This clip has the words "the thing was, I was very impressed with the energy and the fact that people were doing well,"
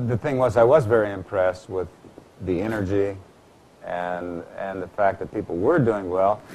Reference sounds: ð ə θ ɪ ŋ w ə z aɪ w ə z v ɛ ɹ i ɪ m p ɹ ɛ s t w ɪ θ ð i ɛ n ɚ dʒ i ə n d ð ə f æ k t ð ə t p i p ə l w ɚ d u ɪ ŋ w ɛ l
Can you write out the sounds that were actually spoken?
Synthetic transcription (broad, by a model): ð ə θ ɪ ŋ w ə z aɪ w ə z v ɛ ɹ i ɪ m p ɹ ɛ s t w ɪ ð i ɛ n ɚ dʒ i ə n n ð ə f æ k ð ə t p i p l w ɚ d u ɪ ŋ w ɛ l